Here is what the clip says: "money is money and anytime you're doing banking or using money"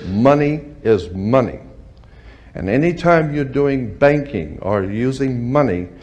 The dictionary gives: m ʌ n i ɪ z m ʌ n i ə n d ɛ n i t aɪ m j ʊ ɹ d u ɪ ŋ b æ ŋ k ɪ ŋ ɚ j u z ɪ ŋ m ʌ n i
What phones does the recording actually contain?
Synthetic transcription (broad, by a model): m ʌ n i ɪ z m ʌ n i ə n ɛ n i t aɪ m j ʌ ɹ d u ɪ ŋ b æ ŋ k ɪ ŋ ɚ j u z ɪ ŋ m ʌ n i